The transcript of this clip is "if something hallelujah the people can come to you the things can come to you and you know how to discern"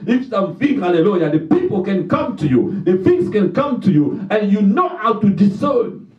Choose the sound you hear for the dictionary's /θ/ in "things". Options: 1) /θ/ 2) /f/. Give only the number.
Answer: 2